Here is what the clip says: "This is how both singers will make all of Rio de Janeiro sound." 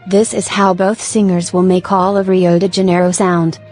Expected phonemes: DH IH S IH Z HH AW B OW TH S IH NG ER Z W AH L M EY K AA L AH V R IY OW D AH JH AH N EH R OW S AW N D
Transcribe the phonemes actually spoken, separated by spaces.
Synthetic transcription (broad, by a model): DH IH S IH Z HH AW B OW TH S IH NG ER Z W AH L M EY K AA L AH V R IY OW D AH JH AH N EH R OW S AW N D